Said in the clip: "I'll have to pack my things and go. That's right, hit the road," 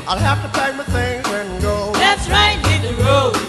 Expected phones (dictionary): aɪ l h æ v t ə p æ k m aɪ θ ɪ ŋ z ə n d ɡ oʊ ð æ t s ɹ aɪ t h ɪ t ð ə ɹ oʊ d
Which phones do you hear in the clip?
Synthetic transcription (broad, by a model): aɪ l h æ f t ə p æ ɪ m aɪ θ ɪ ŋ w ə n ɡ oʊ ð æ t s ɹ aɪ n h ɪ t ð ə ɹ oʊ